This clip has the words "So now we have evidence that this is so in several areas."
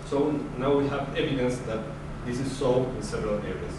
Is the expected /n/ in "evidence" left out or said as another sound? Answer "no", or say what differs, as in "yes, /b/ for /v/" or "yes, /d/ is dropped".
no